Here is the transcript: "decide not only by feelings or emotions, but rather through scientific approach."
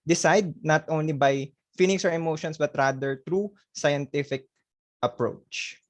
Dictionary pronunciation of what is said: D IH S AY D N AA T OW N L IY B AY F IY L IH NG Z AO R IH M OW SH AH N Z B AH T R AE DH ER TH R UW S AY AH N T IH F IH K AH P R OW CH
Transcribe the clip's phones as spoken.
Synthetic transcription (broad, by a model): D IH S AY D N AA T OW N L IY B AY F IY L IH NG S AO R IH M OW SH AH N S B AH T R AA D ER T R UW S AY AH N T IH F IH K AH P R OW CH